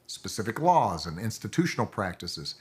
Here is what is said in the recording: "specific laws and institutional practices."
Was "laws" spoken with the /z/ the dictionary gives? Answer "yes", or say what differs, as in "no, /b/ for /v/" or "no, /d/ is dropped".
yes